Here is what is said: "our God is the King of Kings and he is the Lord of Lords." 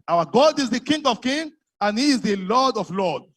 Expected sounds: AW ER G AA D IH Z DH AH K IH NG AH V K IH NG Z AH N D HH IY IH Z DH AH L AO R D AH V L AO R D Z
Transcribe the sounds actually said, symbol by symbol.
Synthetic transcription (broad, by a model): AW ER G AA D IH Z DH AH K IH NG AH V K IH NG AH N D HH IY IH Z DH AH L AO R D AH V L AO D